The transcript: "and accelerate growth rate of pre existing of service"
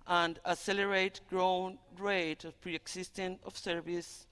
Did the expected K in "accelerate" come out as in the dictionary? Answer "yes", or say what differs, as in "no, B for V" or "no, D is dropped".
no, K is dropped